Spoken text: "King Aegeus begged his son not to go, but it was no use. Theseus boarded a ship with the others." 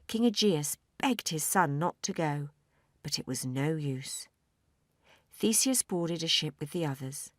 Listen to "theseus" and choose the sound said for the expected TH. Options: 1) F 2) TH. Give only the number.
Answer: 2